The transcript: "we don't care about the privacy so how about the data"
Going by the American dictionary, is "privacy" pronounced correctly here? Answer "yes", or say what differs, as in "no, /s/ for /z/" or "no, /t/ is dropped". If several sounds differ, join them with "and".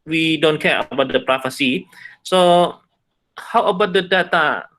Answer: no, /f/ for /v/